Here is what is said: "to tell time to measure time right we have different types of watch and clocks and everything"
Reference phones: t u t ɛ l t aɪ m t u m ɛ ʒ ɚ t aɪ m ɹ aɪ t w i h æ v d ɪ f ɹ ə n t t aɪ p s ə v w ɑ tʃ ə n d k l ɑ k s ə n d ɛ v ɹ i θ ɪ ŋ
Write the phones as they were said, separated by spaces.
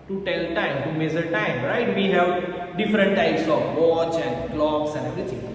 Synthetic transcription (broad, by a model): t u t ɛ l t aɪ m t u m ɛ z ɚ t aɪ m ɹ aɪ t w i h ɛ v d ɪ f ɹ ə n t t aɪ p s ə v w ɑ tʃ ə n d k l ɑ k s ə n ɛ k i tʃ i